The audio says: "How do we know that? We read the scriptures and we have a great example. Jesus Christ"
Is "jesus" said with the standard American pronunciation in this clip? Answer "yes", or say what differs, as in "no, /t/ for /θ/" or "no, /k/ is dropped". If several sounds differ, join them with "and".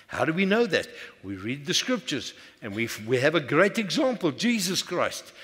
yes